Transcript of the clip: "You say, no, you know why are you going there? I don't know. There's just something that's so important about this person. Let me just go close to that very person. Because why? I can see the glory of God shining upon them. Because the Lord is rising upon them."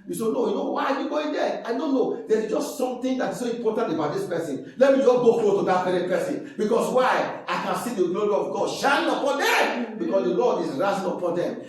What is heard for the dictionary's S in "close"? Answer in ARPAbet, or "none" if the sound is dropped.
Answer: none